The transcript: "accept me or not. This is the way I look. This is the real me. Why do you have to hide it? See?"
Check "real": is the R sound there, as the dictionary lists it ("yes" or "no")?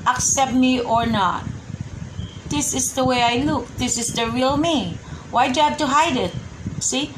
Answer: yes